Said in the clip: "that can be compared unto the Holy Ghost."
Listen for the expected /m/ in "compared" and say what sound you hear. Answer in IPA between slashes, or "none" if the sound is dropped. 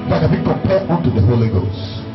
none